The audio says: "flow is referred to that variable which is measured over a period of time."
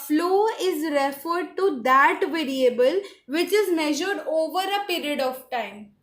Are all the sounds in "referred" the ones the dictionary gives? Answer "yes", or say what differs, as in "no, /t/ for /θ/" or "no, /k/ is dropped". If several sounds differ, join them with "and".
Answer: yes